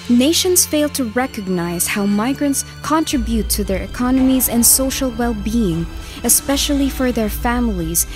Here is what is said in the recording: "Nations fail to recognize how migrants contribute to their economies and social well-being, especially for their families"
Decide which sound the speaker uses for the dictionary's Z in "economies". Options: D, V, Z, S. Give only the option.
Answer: Z